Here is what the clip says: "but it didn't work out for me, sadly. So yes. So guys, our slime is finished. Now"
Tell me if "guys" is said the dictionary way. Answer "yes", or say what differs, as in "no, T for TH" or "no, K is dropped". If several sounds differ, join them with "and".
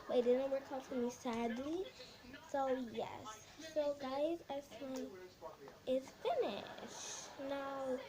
yes